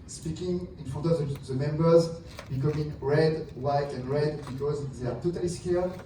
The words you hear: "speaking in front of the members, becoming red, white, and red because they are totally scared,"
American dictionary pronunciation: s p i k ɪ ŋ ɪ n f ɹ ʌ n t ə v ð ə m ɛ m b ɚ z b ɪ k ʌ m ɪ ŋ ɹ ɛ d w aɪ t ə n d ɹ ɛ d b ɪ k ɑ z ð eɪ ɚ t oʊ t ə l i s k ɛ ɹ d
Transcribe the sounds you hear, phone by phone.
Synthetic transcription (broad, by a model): s p i k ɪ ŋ ɪ n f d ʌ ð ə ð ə m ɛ m b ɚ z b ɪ k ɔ m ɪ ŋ ɹ ɛ d w aɪ t ə n d ɹ ɛ d b ɪ k ɑ z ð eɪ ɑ t oʊ t ə l i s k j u